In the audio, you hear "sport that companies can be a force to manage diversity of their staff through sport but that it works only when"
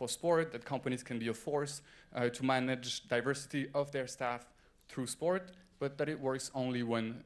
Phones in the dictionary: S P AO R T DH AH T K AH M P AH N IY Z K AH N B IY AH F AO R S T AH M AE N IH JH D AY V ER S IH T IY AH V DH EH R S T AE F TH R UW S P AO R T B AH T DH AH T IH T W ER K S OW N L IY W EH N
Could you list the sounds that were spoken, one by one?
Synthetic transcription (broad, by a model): S P AO R T DH AH T K AH M P AH N IY Z K AH N B IY AH F AO R S T AH M AE N IH JH D AY V ER S IH T IY AH V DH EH R S T AE F TH R UW S P AO R T B AH T DH AH T IH T W ER K S OW N L IY W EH N